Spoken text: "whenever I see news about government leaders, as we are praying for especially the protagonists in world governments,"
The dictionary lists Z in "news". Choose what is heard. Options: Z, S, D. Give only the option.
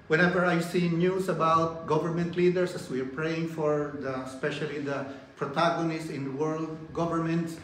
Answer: S